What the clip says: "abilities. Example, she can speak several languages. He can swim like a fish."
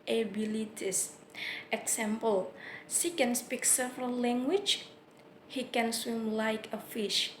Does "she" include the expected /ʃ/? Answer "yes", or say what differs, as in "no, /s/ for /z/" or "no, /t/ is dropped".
no, /s/ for /ʃ/